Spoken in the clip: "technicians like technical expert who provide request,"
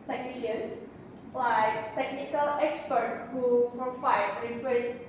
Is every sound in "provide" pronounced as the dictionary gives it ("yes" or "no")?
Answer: no